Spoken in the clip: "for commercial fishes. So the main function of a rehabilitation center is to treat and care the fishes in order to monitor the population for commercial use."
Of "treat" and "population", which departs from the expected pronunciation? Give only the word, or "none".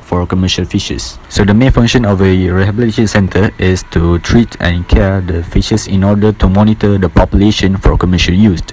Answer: none